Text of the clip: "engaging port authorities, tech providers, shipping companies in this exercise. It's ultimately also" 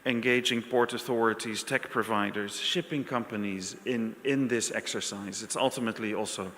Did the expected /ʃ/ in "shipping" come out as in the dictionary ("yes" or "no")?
yes